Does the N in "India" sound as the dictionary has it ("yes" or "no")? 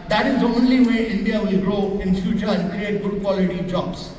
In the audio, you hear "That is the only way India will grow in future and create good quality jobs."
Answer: yes